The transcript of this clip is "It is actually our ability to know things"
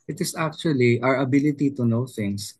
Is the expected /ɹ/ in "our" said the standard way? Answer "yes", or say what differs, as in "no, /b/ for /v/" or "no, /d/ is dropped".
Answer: yes